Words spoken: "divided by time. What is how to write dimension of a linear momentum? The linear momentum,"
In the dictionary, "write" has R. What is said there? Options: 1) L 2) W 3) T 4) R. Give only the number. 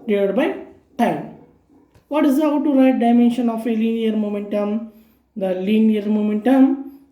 4